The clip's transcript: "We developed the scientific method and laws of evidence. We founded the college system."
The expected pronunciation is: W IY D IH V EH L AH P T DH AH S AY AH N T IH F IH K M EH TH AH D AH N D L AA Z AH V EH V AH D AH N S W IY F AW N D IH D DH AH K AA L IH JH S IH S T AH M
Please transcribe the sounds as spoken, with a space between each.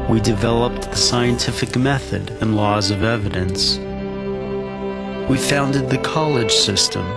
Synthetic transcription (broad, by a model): W IY D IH V EH L AH P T DH AH S AY AH N T IH F IH K M EH TH AH D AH N L AA Z AH V EH V AH D AH N S W IY F AW N D IH D DH AH K AA L IH JH S IH S T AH M